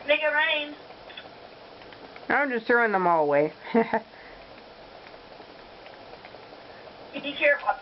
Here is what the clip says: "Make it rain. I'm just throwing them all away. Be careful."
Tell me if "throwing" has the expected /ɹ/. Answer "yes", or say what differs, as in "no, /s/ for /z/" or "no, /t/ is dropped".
yes